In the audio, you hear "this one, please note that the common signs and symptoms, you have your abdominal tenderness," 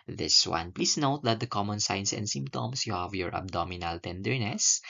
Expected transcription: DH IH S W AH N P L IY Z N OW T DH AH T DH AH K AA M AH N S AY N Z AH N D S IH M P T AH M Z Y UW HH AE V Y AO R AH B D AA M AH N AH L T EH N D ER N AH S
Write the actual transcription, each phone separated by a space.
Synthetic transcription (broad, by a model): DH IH S W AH N P L IY S N OW T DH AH T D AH K AA M AH N S AY N S AH N D S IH M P T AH M S Y UW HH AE V Y AO R AH B D AA M AH N AH L T EH N D ER N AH S